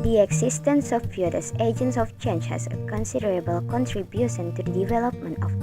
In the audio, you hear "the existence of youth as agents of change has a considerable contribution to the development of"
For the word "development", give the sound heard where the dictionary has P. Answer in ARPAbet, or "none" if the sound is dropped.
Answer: P